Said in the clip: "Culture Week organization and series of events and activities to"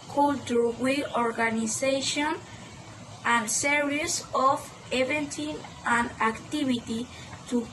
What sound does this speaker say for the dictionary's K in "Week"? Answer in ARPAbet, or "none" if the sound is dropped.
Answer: none